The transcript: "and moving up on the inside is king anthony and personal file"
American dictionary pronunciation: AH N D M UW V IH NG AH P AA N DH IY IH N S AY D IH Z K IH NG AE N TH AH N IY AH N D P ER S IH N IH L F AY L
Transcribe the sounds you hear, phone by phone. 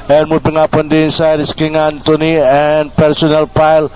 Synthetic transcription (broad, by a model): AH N M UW B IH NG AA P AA N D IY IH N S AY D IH S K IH NG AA N T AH N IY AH N P ER S IH N IH L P AY L